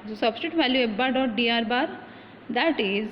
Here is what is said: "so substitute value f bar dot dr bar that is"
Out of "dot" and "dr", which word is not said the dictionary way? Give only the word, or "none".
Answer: dr